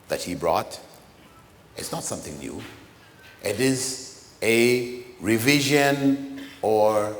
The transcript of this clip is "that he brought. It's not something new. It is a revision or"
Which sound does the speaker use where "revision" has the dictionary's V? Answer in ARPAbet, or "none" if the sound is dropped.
V